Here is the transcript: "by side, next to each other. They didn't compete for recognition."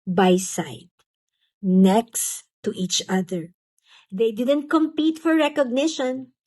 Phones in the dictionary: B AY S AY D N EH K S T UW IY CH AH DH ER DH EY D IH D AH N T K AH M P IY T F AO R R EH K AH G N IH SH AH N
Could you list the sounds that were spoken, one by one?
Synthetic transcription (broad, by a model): B AY S AY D N EH K S T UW IY CH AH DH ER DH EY D IH D AH N T K AH M P IY T F AO R R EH K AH G N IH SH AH N